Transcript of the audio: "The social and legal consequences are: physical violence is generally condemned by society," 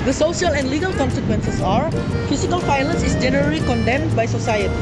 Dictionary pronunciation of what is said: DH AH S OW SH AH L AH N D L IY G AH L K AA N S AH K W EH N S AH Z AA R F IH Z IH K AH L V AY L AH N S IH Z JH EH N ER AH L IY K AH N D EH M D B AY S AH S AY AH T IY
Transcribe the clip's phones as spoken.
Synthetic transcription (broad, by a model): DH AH S OW SH AH L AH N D L IY G AH L K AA N S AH K W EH N S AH S AA R F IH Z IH K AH L F AY L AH N S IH S JH EH N ER AH L IY K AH N D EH M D B AY S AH S AY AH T IY